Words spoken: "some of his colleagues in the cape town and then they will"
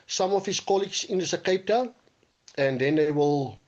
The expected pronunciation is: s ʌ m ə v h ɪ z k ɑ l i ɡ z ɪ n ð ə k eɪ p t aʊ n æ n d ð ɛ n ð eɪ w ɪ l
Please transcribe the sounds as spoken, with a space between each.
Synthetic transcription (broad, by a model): s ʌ m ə f h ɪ s k ɑ l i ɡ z ɪ n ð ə k eɪ p t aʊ æ n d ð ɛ n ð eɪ w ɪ l